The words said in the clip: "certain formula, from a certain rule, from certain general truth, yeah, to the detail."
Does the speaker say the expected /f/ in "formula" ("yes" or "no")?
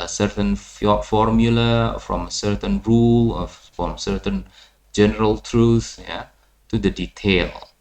yes